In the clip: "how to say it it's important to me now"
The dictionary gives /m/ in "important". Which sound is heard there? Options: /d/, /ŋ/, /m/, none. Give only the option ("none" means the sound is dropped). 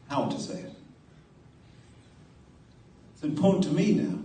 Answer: none